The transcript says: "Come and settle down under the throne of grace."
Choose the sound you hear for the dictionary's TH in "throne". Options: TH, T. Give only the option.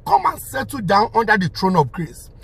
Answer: T